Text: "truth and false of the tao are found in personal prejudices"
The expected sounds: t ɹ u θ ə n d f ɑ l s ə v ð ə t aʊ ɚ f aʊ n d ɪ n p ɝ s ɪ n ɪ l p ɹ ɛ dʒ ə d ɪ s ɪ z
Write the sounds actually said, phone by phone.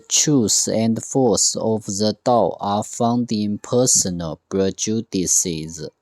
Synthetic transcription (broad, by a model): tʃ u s ə n d f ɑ s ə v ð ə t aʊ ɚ f aʊ n d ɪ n p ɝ s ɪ n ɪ l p ɹ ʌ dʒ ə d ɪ s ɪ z